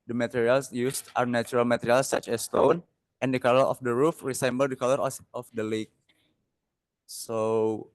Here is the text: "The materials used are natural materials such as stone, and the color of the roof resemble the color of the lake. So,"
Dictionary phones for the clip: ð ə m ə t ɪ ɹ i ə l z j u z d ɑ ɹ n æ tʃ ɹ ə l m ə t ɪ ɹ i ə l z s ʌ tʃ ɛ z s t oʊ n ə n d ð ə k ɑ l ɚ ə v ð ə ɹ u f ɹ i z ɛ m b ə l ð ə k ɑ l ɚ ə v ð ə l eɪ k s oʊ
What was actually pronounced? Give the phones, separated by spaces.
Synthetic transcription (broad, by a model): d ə m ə t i ɹ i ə l s j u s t ɑ ɹ n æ tʃ ɹ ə l m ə t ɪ ɹ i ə l s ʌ tʃ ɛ s t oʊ n ə n d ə k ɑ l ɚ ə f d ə ɹ u f ɹ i s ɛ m b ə l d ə k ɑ l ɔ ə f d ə l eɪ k s oʊ